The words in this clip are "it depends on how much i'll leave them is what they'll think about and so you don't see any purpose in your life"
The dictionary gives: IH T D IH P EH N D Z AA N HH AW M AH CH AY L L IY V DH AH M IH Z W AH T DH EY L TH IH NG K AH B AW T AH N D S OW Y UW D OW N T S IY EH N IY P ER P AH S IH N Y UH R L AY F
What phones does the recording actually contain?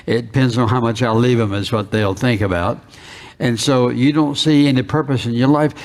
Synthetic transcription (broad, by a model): IH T D IH P EH N D Z N HH AW M AH CH AY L L IY V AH M IH Z W AH T DH EY L TH IH NG K AH B AW T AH N S OW Y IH D OW N T S IY EH N IY P ER P AH S IH N Y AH R L AY F